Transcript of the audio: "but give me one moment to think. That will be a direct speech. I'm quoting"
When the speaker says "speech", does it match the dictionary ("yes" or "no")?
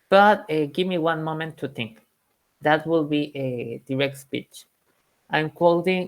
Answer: yes